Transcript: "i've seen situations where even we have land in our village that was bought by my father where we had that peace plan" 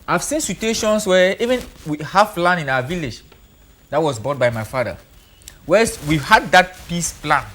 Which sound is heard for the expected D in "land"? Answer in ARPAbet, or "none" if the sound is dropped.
none